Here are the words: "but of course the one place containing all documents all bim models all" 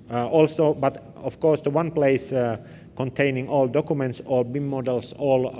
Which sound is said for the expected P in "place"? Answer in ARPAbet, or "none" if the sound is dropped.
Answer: P